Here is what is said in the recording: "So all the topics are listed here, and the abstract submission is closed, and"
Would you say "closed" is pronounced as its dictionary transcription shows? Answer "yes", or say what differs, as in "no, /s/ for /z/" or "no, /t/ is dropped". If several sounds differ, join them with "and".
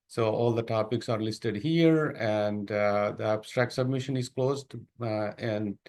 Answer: yes